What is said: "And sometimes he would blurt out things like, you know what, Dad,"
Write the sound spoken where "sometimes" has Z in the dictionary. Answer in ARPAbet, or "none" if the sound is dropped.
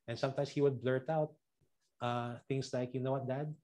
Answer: S